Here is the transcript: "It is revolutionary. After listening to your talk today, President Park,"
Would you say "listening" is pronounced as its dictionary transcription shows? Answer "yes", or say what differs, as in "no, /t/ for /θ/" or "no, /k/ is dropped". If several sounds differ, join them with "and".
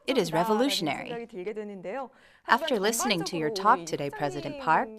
yes